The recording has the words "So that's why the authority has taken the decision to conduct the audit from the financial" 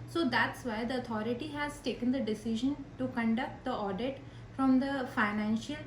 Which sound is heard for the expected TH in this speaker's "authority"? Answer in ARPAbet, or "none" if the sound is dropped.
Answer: T